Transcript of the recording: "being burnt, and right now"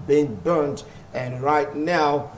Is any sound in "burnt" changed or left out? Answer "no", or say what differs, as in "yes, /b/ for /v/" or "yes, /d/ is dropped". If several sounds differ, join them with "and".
no